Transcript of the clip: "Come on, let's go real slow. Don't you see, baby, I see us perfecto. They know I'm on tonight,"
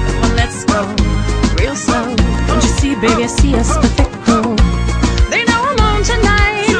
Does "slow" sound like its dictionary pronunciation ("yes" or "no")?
no